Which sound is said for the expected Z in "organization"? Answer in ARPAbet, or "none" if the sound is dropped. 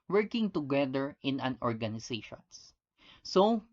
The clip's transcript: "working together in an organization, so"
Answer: S